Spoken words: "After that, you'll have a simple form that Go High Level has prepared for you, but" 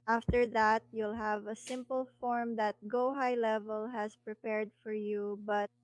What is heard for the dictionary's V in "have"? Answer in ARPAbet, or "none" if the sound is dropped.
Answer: V